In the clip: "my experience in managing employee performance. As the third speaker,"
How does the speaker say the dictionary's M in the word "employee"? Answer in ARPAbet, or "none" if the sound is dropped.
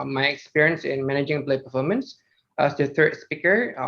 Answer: none